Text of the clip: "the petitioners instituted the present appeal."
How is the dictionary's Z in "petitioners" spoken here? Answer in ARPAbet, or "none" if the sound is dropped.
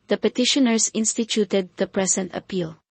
S